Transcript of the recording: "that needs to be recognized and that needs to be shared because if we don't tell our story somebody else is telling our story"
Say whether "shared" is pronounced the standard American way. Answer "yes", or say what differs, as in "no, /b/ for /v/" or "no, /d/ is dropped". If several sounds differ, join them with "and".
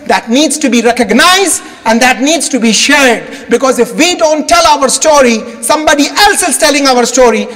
yes